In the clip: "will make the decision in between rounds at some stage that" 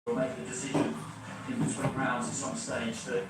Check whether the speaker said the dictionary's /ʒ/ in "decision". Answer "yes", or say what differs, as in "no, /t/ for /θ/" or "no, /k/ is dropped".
yes